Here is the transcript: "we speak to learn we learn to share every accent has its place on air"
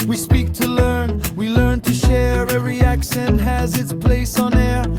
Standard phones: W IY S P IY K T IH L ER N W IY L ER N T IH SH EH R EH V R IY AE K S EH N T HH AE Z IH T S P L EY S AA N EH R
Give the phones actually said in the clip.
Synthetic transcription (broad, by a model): W IY S P IY K T IH L ER N W IY L ER N T IH SH EH R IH R IY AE K SH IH N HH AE Z IH T S P L EY S N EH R